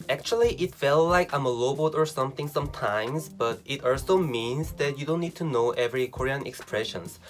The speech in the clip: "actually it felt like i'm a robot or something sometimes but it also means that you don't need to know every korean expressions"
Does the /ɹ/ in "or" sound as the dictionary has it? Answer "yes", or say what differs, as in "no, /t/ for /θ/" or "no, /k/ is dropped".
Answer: yes